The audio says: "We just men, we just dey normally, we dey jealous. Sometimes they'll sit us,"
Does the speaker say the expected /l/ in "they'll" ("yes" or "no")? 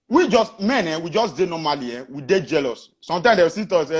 no